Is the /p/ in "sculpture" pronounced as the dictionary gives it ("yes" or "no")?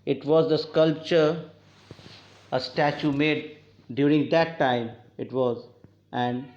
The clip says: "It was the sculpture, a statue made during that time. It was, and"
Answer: yes